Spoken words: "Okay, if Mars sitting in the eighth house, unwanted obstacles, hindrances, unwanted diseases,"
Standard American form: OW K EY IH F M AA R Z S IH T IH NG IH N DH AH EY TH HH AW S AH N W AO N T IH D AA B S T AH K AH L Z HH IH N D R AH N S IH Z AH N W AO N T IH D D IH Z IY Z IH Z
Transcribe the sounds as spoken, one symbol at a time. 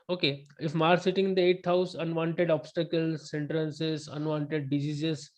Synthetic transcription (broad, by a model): OW K EY IH F M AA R S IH T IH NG IH N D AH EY T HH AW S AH N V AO N T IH D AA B S T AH K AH L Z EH N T R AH N S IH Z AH N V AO N T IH D D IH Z IY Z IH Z